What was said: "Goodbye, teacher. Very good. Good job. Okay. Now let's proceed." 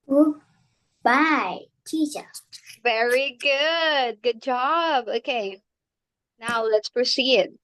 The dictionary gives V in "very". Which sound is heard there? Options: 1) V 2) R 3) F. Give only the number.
1